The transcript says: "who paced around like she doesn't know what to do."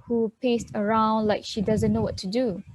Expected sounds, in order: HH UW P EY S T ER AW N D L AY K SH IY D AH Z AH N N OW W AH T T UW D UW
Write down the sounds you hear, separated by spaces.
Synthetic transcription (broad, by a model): HH UW P EY S T ER AW N D L AY K SH IY D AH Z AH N N OW W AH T T UW D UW